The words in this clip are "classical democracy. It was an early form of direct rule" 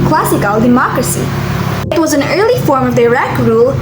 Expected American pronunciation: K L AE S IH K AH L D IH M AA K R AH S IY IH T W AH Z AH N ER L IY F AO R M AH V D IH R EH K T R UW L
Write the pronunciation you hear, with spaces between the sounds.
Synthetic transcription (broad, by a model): K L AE S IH K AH L D IH M AA K R AH S IY IH T W AH Z AH N ER L IY F AO R M AH V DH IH R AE K R UW L